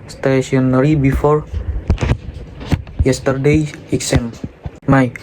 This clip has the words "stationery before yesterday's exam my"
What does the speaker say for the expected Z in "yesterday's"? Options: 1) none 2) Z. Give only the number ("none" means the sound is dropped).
1